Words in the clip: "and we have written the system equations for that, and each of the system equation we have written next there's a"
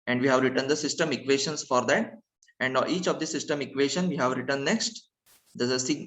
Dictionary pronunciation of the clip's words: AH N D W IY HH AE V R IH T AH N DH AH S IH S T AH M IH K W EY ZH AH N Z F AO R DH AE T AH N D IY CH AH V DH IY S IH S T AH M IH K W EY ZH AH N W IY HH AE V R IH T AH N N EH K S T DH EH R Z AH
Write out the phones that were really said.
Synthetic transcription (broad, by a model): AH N D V IY HH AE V R IH T AH N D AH S IH S T AH M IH K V EY SH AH N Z F AO R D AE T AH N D IY CH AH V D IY S IH S T AH M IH K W EY SH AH N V IY HH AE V R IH T AH N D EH K S T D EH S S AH